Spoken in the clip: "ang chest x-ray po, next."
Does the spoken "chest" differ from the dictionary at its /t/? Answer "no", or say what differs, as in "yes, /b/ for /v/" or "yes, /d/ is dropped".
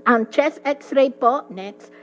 yes, /t/ is dropped